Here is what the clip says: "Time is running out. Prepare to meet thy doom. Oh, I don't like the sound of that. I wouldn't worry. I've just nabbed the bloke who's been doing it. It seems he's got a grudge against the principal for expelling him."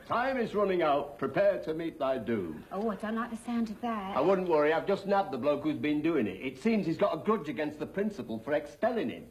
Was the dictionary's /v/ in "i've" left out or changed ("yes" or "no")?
no